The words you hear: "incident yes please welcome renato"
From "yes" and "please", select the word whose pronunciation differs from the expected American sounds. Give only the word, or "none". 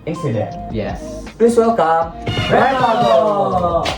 please